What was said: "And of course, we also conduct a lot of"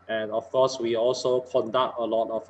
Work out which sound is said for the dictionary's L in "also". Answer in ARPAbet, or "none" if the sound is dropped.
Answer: L